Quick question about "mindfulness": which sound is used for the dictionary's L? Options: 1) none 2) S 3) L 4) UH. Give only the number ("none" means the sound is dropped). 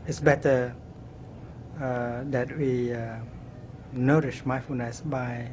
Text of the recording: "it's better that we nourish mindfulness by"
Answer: 1